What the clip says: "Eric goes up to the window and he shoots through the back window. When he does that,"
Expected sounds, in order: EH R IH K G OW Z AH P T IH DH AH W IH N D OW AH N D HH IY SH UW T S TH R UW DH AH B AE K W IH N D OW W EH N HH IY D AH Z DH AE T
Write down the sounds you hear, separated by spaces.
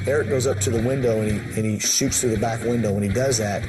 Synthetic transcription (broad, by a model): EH R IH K G OW Z AH P T IH DH AH W IH N D OW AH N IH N IY SH UW T S TH R UW DH AH B AE K W IH N D OW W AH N IY D AH Z DH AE T